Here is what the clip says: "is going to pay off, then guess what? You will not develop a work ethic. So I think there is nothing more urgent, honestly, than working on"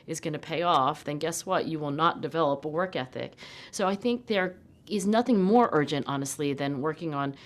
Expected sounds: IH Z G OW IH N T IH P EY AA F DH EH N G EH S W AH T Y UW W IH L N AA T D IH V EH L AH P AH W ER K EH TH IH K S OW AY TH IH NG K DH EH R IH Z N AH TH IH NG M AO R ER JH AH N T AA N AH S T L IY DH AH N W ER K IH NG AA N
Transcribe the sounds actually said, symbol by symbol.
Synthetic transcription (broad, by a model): IH Z G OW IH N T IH P EY AA F DH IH N G EH S W AH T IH W IH L N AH T D IH V EH L AH P AH W ER K EH TH IH K S OW AY TH IH NG K DH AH R IH Z N AH TH IH NG M AO R ER JH AH N T AA N AH S T L IY DH AH N W ER K IH NG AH N